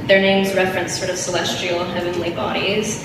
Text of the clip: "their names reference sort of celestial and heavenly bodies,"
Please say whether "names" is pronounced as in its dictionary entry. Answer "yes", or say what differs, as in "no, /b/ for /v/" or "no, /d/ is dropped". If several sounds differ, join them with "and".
yes